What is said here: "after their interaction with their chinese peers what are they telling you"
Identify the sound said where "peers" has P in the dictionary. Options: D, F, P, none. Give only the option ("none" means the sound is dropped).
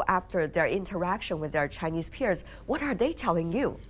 P